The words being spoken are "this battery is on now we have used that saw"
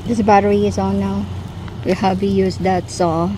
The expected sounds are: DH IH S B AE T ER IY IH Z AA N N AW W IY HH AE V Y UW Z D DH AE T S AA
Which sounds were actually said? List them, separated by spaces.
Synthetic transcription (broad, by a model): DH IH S B AE T ER IY IH Z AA L N AW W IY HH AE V Y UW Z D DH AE T S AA